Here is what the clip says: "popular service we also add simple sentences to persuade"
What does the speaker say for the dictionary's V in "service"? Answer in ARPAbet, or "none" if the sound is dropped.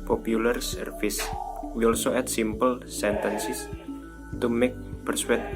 F